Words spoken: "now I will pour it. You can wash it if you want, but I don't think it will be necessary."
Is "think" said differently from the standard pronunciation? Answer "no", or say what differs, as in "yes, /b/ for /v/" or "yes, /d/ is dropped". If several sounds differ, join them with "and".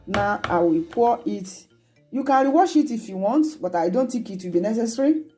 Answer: yes, /t/ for /θ/ and /ŋ/ is dropped